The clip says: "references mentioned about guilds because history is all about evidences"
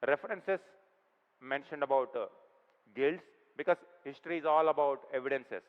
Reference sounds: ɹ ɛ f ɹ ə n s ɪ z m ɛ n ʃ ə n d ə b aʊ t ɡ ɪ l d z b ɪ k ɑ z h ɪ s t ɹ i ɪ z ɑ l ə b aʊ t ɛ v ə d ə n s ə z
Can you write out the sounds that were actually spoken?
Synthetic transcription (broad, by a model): ɹ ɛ f ɹ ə n s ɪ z m ɛ n ʃ ə n d ə b aʊ t ɡ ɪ l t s b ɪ k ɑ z h ɪ s t ɹ i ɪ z ɑ l ə b aʊ t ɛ v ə d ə n s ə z